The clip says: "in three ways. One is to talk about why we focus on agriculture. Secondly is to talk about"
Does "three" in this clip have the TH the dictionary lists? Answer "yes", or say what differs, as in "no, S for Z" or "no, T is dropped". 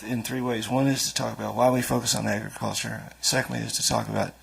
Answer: yes